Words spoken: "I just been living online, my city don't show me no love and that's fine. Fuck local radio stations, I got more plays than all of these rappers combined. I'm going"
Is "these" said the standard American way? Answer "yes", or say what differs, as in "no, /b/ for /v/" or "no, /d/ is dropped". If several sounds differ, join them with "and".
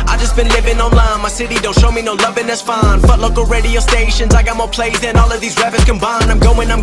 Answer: yes